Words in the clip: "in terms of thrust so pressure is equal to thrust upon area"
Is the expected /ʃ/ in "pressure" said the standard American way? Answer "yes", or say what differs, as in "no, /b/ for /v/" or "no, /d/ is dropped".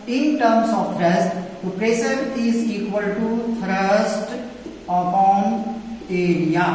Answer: no, /s/ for /ʃ/